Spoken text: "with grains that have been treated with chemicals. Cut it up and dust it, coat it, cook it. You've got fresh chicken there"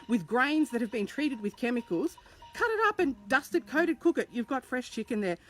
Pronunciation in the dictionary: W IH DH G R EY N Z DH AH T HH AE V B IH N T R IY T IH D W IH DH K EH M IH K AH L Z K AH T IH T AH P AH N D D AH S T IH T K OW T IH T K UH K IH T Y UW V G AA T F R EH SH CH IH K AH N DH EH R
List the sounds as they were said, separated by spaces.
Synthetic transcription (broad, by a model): W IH DH G R EY N Z DH AH T HH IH V B IH N T R IY T IH D W IH DH K EH M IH K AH L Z K AH T IH T AH P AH N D D AH S T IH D K OW T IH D K UH K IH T Y UW V G AA T F R EH SH CH IH K AH N DH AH R